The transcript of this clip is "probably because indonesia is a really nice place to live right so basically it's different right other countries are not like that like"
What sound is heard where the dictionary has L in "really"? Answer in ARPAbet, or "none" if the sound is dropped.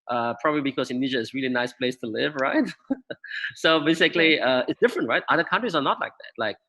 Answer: L